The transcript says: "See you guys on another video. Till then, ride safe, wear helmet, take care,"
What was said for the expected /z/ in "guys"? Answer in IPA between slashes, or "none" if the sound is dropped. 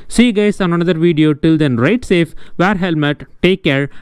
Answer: /s/